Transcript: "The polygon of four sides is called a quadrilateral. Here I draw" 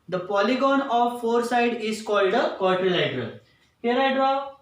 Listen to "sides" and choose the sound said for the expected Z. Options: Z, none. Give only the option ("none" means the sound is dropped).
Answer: none